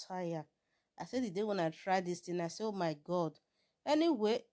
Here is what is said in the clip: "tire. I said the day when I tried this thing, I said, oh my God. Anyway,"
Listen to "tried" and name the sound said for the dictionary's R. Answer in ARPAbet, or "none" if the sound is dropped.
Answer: R